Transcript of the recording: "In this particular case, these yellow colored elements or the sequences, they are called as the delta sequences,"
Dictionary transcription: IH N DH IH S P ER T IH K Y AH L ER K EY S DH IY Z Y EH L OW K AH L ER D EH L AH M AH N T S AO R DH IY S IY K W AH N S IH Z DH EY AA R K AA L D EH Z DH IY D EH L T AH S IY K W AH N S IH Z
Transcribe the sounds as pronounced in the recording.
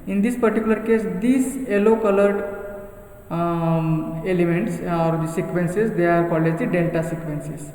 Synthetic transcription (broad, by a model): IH N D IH S P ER T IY K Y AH L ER K EY S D IY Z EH L OW K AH L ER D EH L AH M AH N T S AO R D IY S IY K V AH N S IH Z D EY AA R K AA L EH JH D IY D EH L T AH S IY K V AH N S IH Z